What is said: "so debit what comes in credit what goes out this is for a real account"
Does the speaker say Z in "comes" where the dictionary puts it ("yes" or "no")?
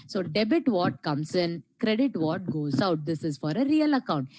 no